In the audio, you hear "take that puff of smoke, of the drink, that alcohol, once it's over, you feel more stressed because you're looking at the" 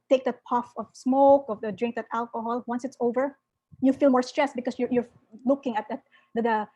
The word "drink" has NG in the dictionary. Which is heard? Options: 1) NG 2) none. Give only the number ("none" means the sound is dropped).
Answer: 1